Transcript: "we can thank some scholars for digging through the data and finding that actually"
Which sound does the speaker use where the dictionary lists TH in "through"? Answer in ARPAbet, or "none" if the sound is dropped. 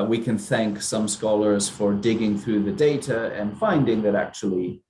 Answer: TH